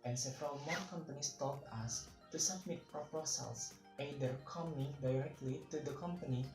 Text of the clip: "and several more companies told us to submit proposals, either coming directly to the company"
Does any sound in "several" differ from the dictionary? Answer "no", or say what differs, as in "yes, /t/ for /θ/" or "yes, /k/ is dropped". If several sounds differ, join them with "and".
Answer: no